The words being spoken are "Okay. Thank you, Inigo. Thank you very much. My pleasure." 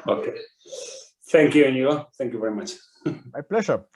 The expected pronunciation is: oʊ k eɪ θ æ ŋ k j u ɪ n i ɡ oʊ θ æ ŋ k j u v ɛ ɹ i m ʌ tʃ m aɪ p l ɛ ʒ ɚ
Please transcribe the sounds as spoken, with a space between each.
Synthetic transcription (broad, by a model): oʊ k eɪ θ æ ŋ k j u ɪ n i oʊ θ æ ŋ k j u v ɛ ɹ i m ʌ tʃ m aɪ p l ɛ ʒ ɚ